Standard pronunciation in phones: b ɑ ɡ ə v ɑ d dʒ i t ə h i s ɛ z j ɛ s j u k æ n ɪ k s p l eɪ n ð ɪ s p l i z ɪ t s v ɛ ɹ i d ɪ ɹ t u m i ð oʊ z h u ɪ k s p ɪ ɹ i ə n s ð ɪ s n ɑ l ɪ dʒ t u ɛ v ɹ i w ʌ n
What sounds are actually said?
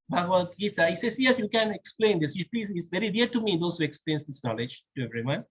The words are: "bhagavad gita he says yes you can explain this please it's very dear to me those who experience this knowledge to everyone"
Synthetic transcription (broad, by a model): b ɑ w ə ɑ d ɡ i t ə h i s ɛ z j ɛ s j u k æ n ɪ k s p l eɪ n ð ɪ s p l i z ɪ t s v ɛ ɹ i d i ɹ t u m i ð oʊ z h u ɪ k s p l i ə n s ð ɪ s n ɑ l ɪ dʒ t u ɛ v ɹ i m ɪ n